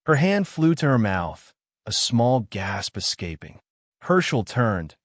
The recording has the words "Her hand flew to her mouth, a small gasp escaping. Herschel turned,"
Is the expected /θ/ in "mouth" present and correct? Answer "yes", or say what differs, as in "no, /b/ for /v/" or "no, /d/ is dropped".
yes